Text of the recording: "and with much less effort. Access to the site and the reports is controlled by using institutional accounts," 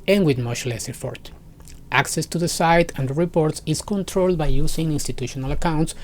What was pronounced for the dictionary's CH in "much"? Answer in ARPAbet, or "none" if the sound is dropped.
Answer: SH